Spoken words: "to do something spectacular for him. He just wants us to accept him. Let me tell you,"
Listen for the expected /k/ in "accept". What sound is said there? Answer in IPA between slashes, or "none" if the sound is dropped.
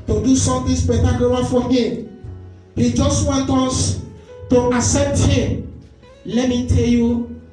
none